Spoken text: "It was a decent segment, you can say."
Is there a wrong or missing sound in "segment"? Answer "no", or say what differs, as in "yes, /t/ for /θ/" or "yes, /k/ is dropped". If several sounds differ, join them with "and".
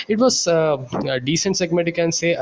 yes, /n/ is dropped